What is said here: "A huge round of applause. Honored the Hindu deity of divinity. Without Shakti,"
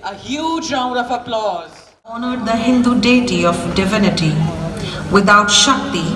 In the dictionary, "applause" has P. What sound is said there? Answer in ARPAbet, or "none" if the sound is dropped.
P